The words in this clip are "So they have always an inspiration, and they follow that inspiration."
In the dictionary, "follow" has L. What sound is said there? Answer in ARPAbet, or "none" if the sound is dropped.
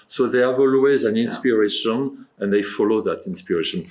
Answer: L